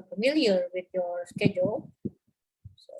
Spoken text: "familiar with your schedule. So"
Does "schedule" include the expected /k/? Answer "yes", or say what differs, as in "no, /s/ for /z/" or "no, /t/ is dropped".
yes